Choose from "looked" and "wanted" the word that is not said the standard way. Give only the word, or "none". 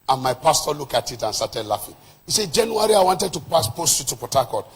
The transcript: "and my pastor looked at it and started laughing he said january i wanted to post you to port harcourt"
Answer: looked